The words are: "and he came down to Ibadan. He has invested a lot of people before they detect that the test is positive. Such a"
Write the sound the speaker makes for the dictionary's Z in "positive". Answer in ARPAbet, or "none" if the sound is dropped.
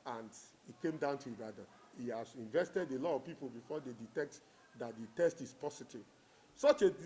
S